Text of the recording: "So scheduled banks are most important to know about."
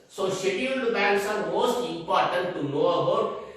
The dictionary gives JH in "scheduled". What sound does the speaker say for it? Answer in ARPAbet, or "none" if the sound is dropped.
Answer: none